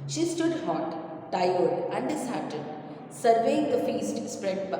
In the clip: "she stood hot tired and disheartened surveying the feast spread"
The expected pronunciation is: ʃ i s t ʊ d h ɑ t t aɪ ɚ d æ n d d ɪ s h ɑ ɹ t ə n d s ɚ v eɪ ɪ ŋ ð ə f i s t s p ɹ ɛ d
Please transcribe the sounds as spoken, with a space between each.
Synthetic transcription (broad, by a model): ʃ i s t ʊ d h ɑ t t aɪ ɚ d æ n d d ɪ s h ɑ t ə d s ɚ v eɪ ɪ ŋ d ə f i s t s p ɹ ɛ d